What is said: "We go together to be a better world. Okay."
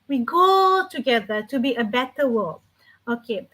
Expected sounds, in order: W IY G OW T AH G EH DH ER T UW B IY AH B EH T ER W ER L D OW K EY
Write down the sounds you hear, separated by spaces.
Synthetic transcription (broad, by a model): W IY G OW T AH G EH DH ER T UW B IY AH B EH T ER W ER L OW K EY